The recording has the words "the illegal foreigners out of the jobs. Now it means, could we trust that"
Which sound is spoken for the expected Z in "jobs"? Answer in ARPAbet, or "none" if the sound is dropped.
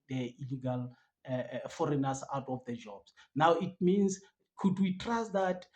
S